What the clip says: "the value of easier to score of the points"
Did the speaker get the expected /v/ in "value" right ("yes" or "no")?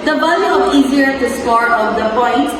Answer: no